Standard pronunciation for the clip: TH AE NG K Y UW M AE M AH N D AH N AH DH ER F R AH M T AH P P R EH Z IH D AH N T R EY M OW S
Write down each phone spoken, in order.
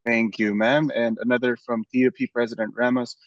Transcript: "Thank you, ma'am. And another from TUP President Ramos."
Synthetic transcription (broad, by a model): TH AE NG K Y UW M AE M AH N AH N AH DH ER F R AH M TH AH P P R EH Z IH D AH N T R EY M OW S